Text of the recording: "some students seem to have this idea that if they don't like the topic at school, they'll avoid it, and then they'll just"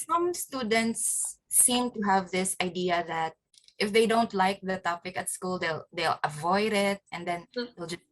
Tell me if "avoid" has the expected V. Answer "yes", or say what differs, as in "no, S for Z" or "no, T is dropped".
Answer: yes